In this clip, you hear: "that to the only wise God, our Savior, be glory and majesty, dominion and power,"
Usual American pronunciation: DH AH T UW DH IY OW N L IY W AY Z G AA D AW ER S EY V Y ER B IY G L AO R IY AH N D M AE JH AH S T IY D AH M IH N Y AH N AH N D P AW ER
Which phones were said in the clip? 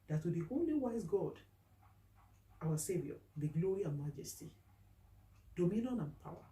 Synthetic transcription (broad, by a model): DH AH T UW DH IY OW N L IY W AY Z G AA D AW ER S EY V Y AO B IY G L AO R IY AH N M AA JH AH S T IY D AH M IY N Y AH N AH N P AW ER